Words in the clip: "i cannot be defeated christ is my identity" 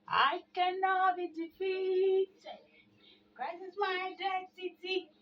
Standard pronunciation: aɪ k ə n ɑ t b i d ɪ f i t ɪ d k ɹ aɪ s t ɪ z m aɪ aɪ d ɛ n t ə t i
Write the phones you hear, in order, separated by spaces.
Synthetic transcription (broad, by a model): aɪ k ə n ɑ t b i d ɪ f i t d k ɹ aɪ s ɪ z m aɪ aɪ d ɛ n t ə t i